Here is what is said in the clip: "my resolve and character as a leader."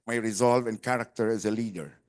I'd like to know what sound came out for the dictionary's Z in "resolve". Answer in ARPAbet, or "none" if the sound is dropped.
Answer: Z